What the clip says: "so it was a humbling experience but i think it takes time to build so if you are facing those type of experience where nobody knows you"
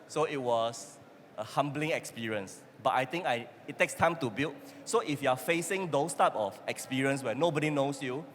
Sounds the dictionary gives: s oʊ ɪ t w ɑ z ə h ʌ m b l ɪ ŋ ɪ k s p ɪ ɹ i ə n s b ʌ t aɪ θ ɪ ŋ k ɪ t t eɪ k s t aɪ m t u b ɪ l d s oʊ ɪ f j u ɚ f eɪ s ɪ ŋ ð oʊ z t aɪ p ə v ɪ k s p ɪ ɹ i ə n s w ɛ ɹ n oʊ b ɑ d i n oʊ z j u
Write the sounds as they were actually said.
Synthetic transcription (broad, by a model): s oʊ ɪ t w ɑ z ə h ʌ m b l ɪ ŋ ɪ k s p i ɹ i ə n s b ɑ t aɪ t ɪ ŋ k ɪ t t eɪ k s t aɪ m t u b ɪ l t s oʊ ɪ f j u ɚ f eɪ s ɪ ŋ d oʊ s t aɪ p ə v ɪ k s p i ɹ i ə n s w ɛ n oʊ b ɑ d i n oʊ s j u